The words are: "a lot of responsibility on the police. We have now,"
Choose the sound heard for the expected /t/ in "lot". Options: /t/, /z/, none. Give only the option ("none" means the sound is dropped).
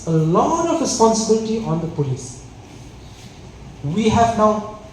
none